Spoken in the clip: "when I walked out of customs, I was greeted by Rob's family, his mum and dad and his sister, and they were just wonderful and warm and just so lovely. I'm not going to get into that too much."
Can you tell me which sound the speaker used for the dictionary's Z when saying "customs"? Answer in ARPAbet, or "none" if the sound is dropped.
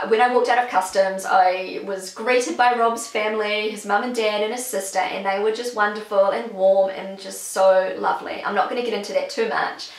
Z